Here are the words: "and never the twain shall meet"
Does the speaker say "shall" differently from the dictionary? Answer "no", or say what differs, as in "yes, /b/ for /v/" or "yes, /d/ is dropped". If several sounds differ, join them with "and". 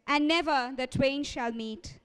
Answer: no